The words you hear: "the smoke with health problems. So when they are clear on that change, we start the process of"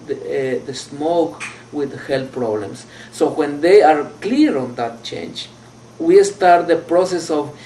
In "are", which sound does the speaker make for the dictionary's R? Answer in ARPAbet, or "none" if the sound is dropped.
R